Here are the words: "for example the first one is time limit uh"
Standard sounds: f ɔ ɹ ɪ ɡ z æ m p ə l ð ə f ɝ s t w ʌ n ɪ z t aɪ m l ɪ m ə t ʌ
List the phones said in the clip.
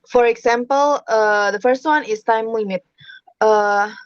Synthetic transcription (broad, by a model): f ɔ ɹ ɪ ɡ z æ m p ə l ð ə f ɝ s t w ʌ n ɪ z t aɪ m w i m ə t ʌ